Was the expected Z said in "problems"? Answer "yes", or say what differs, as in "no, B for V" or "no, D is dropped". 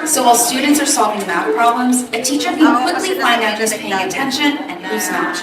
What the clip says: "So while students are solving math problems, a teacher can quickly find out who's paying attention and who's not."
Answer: yes